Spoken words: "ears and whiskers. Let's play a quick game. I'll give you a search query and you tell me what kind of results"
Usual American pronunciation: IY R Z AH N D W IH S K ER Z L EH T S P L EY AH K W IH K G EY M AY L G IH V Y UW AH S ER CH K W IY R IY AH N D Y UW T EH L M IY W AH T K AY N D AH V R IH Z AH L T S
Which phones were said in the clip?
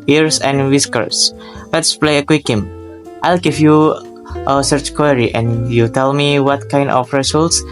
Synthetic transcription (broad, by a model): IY R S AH N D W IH S K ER S L EH T S P L EY AH K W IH K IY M AY L G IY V Y UW AH S ER CH K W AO R IY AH N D Y UW T EH L M IY W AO T K AY N D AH F R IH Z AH L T S